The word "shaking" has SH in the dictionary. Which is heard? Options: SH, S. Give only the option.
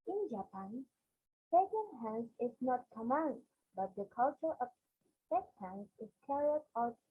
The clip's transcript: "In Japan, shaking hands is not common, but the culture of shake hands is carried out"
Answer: S